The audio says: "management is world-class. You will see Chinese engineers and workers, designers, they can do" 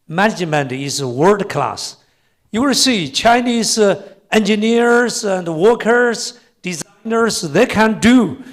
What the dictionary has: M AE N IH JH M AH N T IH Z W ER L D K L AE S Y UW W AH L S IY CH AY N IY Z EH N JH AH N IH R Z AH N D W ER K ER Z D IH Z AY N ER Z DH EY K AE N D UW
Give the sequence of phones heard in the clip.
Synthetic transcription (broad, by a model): M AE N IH JH M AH N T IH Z W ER D K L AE S Y UW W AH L S IY CH AY N IY Z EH N JH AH N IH R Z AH N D W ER K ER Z D IH Z AY N ER Z DH EY K AE N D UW